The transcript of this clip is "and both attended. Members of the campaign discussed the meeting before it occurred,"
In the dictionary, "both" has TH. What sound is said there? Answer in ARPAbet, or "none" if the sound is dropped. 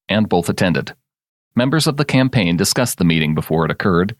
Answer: TH